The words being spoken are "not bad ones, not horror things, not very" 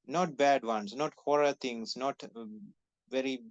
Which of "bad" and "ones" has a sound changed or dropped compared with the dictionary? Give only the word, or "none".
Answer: ones